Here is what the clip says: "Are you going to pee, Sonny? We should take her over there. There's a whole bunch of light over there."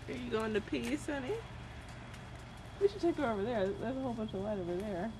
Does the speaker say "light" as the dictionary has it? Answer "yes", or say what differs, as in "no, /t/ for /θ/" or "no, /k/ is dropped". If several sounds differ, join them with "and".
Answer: yes